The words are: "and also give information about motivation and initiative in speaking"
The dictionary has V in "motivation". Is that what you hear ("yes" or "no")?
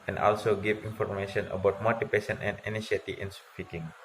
no